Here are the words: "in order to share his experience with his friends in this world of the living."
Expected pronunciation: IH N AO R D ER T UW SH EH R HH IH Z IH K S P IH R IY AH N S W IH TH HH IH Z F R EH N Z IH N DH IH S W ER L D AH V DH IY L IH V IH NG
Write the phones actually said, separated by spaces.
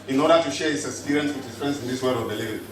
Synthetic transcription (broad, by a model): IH N AO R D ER T UW SH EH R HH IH S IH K S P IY R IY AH N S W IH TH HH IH S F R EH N S IH N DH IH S W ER D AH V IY L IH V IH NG